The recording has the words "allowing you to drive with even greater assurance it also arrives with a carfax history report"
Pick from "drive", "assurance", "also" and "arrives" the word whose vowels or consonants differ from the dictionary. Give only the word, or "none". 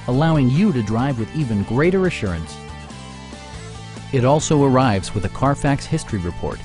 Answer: none